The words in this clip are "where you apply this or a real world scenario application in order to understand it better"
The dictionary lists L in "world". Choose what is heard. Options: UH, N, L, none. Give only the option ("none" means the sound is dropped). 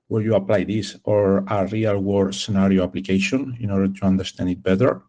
none